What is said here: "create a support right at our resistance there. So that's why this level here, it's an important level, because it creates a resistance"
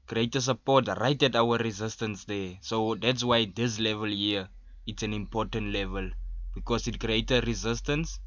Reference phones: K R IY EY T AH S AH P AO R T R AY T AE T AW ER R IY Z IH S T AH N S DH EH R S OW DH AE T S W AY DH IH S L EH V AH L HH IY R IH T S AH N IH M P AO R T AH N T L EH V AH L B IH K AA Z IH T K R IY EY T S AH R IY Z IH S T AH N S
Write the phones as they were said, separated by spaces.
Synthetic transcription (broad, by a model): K R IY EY T AH S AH P AO T R AY T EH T AW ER R IY Z IH S T AH N S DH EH S OW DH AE T S W AY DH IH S L EH V AH L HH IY IH T S AH N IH M P AO T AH N T L EH V AH L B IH K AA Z IH T K R IY EY T AH R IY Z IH S T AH N S